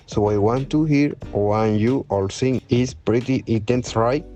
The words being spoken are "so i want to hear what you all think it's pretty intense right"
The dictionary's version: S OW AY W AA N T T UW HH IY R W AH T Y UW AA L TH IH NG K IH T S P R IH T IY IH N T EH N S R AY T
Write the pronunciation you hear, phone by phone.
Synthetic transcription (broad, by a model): S OW AY W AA N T T UW HH IY R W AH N Y UW AA L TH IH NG IH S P R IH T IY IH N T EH N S R AY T